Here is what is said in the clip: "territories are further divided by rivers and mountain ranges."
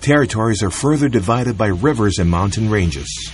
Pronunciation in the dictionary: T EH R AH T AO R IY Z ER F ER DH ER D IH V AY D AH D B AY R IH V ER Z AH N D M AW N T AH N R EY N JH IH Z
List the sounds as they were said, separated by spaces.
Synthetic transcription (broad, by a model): T EH R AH T AO R IY Z ER F ER DH ER D IH V AY D AH D B AY R IH V ER Z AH N M AW N T AH N R EY N JH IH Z